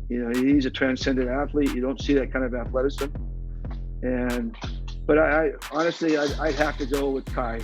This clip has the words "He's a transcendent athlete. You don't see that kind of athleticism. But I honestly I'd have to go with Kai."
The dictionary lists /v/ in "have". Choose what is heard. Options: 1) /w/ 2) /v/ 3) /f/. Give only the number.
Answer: 3